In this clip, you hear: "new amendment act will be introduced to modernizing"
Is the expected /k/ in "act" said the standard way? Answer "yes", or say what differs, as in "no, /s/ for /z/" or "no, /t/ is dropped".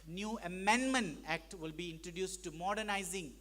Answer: yes